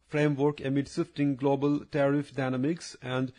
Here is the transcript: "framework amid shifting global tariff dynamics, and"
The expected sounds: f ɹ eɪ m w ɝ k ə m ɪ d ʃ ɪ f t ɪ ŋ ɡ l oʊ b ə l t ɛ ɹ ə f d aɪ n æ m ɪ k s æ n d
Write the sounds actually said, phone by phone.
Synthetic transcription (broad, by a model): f ɹ eɪ m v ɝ k ə m ɪ d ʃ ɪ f t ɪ ŋ ɡ l oʊ b ə l t ɛ ɹ ə f d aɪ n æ m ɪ k s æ n d